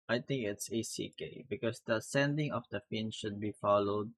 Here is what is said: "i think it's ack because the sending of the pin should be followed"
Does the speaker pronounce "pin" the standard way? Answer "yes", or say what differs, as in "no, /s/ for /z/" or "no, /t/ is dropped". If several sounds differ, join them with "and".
no, /f/ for /p/